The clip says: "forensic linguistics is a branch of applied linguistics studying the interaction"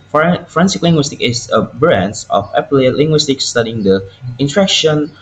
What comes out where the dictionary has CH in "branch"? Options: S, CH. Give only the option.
S